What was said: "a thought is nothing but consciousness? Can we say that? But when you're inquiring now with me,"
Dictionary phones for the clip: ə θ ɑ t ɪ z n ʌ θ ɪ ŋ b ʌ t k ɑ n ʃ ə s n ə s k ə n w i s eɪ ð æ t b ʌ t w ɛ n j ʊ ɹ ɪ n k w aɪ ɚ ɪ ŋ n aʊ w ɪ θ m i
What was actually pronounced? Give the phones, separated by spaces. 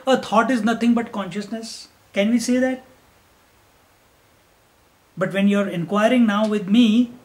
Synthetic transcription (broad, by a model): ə t ɑ t ɪ z n ʌ t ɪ ŋ b ʌ t k ɑ n ʃ ə s n ə s k ə n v i s eɪ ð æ t b ʌ t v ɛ n j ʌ ɹ ɪ n k w aɪ ɚ ɪ ŋ n aʊ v ɪ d m i